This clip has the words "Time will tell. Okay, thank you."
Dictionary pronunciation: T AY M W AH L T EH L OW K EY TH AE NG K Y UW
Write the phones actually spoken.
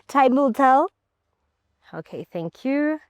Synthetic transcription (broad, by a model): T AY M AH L T EH L OW K EY TH AE NG K Y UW